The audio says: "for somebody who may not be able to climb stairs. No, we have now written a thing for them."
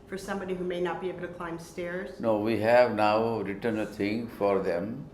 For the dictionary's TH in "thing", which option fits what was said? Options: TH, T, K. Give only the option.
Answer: T